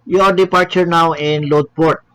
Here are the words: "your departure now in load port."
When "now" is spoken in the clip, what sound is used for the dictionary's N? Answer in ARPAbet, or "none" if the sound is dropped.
N